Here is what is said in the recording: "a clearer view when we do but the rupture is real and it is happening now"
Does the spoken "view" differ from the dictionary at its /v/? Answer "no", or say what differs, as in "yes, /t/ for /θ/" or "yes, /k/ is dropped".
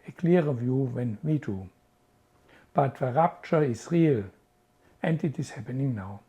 no